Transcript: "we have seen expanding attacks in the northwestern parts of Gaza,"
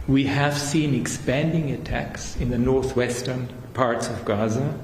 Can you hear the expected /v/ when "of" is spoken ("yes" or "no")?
yes